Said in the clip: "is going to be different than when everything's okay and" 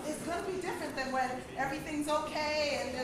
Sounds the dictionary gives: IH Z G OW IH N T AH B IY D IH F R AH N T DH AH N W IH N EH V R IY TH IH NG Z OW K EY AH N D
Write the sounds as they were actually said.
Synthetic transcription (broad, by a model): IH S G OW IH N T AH B IY D IH F R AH N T DH AH N W IH N EH V R IY TH IH NG Z OW K EY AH N